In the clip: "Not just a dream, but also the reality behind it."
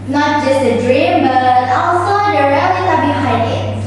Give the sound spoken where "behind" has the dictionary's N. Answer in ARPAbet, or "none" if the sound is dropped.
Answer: none